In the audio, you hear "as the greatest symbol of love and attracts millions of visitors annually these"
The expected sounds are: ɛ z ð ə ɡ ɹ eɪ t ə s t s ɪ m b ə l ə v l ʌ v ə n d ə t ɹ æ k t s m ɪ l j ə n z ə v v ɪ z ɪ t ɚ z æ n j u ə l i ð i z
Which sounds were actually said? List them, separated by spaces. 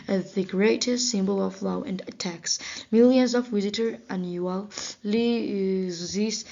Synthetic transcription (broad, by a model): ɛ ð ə ɡ ɹ eɪ t ə s t s ɪ m b ə l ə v l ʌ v ə n d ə t æ k s m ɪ l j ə n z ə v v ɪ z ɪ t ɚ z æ n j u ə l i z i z